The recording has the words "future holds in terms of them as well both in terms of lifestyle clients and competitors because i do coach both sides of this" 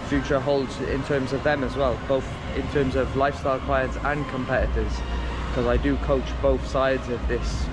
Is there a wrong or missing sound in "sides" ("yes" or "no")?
no